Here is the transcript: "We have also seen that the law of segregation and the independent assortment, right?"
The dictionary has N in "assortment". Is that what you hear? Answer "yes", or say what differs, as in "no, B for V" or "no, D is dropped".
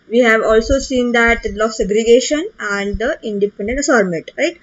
no, N is dropped